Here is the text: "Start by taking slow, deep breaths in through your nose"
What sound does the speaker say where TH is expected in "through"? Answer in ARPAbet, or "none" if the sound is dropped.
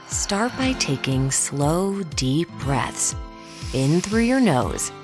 TH